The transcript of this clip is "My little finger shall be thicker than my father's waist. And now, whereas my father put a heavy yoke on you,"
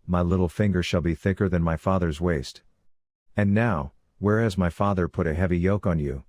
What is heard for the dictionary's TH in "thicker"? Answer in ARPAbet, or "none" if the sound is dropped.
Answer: TH